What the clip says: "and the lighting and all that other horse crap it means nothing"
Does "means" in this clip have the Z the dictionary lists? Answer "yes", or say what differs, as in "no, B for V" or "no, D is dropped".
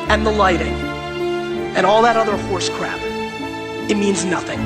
yes